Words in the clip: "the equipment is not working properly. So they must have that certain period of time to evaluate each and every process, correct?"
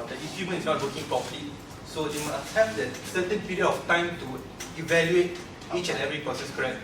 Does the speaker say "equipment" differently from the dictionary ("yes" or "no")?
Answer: yes